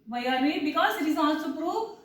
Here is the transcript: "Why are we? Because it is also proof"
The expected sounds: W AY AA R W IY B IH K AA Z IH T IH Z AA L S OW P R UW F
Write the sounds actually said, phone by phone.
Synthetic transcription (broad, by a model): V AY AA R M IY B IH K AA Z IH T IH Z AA S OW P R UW